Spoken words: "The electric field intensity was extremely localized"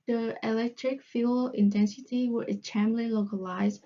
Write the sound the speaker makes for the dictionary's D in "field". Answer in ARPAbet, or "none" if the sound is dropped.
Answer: none